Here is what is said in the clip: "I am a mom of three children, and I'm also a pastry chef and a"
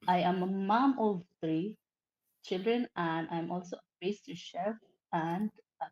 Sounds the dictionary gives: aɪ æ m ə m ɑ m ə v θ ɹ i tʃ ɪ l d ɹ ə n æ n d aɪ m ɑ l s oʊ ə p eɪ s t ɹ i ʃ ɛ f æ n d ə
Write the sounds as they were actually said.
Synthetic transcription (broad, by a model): aɪ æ m ə m ɑ m ə v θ ɹ i tʃ ɪ l d ɹ ə n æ n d aɪ m ɑ l s oʊ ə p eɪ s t i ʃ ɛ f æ n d